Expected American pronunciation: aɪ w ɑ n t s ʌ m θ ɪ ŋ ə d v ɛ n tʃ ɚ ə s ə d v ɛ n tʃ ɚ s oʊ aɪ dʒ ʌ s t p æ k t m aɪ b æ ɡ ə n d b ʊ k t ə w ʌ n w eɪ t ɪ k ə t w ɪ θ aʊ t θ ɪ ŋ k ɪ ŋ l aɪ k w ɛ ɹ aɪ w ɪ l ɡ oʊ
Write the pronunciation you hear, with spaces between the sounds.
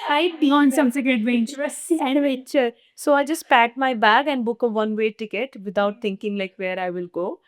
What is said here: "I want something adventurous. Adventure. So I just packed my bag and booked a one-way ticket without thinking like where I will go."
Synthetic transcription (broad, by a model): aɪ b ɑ n s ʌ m s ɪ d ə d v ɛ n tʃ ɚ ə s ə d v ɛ tʃ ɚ s oʊ aɪ dʒ ʌ s t p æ t m aɪ b æ ɡ ə n d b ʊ k ə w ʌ n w eɪ t ɪ k ə t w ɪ t aʊ t t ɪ ŋ k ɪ ŋ l aɪ k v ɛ ɹ aɪ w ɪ l ɡ oʊ